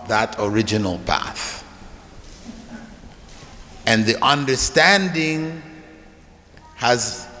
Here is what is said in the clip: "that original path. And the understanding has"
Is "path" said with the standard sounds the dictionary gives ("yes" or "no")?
yes